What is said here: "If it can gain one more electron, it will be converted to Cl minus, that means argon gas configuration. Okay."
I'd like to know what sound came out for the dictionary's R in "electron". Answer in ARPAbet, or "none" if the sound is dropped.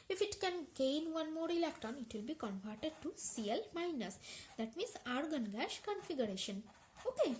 none